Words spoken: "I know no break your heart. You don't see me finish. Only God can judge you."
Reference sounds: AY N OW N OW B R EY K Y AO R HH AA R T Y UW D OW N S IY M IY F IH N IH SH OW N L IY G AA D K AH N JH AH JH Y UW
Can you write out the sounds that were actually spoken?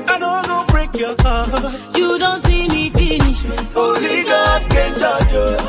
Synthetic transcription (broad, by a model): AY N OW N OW B R EY K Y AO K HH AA Y UW D OW N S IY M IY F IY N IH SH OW L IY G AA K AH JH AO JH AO